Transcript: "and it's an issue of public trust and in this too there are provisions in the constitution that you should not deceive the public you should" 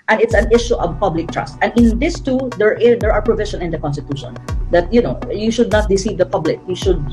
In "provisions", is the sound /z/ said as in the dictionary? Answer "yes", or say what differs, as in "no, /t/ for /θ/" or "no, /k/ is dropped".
no, /z/ is dropped